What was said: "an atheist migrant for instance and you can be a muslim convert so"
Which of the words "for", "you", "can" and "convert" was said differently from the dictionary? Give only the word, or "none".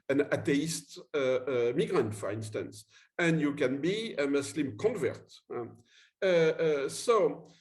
none